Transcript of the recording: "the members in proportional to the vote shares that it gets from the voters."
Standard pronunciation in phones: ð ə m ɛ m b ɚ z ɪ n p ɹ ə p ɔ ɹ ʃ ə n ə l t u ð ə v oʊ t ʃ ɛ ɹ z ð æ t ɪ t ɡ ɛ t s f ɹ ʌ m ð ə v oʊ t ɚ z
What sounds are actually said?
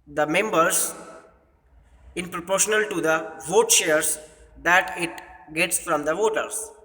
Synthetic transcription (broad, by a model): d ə m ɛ m b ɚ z ɪ n p ɹ ə p ɔ ɹ ʃ ə n ə l t u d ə v oʊ t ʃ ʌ ɹ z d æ t ɪ t ɡ ɛ t s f ɹ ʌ m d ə v oʊ t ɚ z